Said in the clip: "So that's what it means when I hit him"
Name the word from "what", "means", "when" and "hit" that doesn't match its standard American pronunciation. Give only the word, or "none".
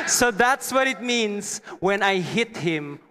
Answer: means